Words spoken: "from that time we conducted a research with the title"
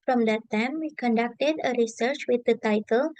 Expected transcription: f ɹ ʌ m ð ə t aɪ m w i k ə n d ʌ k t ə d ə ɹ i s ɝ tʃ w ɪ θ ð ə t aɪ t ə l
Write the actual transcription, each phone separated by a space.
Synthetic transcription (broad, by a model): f ɹ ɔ m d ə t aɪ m w i k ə n d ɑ k t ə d ə ɹ i s ɝ tʃ w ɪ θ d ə t aɪ t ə l